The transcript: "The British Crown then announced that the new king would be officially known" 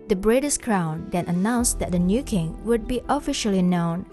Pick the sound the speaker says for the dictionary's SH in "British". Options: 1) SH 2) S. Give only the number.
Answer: 2